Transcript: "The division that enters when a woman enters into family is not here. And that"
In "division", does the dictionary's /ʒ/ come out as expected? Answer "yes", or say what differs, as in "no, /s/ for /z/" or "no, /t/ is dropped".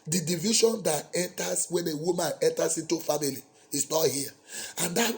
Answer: no, /ʃ/ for /ʒ/